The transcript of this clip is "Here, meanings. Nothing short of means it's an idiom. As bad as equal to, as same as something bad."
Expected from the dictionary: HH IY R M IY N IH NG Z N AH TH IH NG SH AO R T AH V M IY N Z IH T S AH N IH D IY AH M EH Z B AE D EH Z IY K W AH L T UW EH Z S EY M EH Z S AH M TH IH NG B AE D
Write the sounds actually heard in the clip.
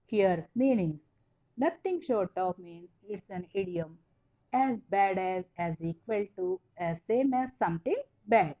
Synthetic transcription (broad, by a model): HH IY R M IY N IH NG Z N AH T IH NG SH AO R T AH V M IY N IH T S AH N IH D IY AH M EH Z B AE D EH Z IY K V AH L T UW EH S EY M EH Z S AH M T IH NG B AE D